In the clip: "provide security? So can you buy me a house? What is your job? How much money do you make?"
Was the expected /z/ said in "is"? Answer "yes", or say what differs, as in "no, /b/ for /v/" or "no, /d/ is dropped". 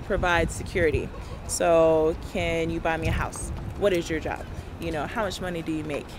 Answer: yes